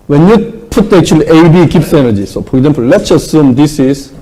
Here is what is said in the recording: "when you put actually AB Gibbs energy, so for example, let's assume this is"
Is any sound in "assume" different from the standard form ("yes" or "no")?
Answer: no